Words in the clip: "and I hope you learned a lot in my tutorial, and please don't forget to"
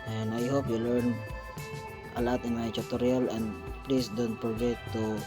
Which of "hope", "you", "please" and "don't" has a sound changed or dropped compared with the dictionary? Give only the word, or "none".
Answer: please